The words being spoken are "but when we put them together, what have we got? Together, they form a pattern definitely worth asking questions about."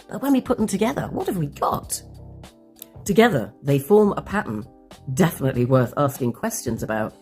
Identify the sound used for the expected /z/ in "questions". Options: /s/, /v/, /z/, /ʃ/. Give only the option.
/z/